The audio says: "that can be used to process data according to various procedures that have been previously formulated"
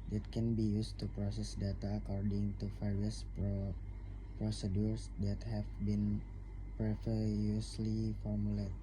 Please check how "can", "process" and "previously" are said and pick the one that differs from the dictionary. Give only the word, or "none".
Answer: previously